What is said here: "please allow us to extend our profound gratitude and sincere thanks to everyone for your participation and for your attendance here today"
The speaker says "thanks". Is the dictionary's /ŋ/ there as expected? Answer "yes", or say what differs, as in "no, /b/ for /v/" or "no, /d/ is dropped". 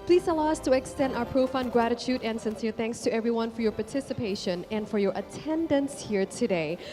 yes